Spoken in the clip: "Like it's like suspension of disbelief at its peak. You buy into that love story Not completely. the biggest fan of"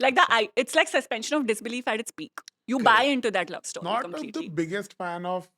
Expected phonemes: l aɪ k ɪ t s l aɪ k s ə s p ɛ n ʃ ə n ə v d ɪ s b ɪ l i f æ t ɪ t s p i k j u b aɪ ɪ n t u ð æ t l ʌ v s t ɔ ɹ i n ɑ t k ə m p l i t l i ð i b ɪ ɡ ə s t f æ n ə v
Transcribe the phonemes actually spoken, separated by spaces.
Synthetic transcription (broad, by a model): l aɪ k ɪ t s l aɪ k s ə s p ɛ n ʃ ə n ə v d ɪ s b ɪ l i f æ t ɪ t s p i k j u b aɪ ɪ n t u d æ t l ʌ v s t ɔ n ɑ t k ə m l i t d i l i b ɪ ɡ ə s t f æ n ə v